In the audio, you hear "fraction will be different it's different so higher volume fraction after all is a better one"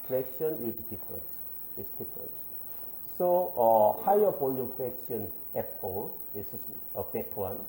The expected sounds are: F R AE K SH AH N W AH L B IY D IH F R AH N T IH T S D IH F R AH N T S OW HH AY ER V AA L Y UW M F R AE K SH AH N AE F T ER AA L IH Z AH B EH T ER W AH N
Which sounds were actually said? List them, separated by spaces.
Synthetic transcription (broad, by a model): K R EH K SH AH N W AH L B IY D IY F R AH N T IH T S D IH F R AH N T S OW HH AY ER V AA L Y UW M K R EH K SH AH N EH T AA L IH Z AH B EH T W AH N